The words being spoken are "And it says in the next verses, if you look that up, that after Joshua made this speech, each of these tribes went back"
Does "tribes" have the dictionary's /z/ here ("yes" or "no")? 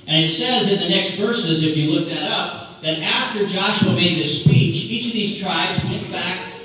yes